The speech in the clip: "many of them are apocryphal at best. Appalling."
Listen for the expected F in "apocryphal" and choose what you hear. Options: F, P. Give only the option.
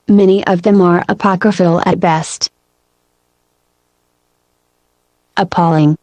F